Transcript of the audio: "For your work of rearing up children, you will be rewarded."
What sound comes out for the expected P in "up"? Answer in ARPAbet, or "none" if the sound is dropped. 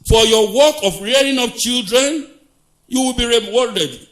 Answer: F